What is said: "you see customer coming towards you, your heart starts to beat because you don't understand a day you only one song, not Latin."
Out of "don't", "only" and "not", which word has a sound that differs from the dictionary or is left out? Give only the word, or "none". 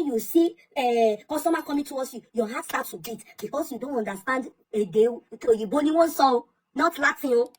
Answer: only